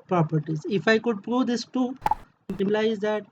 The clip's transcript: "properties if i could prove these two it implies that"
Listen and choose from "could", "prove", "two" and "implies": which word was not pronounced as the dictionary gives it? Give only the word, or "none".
implies